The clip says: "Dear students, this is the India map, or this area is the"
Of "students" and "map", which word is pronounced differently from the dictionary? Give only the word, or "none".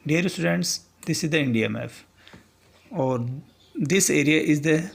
map